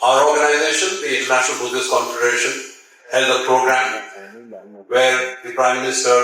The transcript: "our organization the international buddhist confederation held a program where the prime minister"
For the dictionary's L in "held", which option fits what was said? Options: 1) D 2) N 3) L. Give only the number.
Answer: 2